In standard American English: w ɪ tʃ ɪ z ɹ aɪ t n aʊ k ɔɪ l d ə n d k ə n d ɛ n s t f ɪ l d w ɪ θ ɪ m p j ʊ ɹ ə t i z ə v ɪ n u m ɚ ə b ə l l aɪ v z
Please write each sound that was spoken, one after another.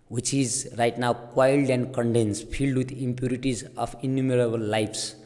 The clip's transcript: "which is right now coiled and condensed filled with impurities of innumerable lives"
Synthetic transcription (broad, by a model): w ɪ tʃ ɪ z ɹ aɪ t n aʊ k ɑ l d ə n d k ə n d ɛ n s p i l d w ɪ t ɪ m p j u ɹ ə t i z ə p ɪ n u m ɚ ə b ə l l aɪ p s